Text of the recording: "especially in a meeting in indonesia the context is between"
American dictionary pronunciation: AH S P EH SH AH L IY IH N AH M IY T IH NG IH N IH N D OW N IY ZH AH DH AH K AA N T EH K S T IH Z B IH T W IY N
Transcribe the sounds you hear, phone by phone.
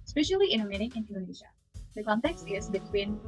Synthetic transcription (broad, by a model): S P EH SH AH L IY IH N AH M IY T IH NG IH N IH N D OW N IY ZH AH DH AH K AA N T EH K S T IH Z B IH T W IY N